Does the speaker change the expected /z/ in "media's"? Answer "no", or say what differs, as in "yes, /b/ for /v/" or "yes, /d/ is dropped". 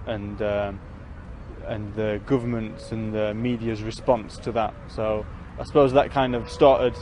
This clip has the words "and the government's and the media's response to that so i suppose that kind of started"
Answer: no